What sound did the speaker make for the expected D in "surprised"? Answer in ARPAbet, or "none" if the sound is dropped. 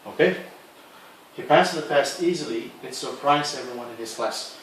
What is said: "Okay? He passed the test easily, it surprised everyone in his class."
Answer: none